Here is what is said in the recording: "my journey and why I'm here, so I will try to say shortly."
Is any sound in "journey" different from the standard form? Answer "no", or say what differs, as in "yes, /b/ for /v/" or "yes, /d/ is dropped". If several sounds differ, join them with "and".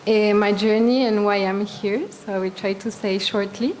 no